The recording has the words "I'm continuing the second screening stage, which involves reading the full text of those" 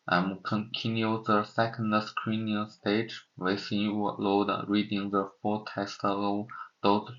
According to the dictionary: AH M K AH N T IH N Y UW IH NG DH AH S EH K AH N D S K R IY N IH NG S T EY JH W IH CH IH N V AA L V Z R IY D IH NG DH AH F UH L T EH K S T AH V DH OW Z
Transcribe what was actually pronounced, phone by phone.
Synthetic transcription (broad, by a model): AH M K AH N T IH N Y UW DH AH S EH K AH N D S K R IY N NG S T EY JH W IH S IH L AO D R IY D IH NG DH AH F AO T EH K S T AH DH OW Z